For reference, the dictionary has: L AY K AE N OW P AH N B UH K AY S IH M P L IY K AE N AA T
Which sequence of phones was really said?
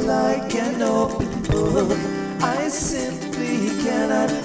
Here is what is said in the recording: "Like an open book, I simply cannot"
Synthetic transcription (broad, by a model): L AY K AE N OW P AH N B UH AY S IH M P L IY K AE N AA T